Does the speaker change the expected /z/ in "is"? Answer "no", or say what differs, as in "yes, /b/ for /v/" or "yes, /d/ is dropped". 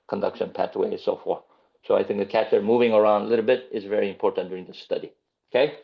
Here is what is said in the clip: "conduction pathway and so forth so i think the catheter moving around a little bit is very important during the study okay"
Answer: no